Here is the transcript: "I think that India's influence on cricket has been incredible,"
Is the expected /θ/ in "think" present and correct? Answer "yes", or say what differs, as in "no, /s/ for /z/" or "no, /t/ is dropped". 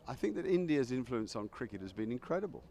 yes